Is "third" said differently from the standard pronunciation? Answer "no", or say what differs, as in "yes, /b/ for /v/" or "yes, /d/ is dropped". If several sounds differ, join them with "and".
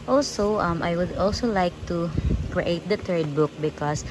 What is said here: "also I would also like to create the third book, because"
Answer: yes, /t/ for /θ/